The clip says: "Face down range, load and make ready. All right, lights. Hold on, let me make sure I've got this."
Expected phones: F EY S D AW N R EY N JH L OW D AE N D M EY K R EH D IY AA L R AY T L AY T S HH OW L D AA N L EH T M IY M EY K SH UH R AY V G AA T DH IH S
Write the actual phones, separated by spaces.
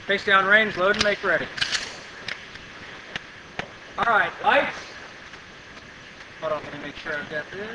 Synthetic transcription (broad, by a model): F EY S D AW N R EY N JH L OW D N M EY K R EH D IY AA L R AY T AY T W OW D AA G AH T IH M EY K SH UH R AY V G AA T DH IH